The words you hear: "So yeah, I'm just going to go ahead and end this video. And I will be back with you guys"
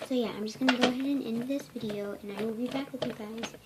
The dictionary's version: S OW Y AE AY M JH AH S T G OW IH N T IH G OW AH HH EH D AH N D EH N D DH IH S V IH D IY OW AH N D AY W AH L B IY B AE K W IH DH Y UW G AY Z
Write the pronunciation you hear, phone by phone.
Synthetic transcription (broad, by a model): S OW Y AE AY M JH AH S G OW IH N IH G OW AH HH EH D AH N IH N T DH IH S V IH D IY OW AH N AY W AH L B IY B AE K W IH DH Y UW G AY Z